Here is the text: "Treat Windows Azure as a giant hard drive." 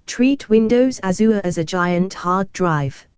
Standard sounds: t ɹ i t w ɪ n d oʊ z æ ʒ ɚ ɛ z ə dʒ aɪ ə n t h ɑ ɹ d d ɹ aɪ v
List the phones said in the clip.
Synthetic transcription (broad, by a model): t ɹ i t w ɪ n d oʊ z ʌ z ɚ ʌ z ə dʒ aɪ ə n t h ɑ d d ɹ aɪ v